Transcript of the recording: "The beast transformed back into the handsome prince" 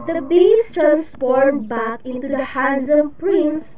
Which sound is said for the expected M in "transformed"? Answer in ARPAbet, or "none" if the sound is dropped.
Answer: none